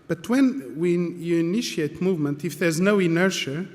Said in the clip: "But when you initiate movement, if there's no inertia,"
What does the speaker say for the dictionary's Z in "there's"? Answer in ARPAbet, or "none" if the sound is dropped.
Z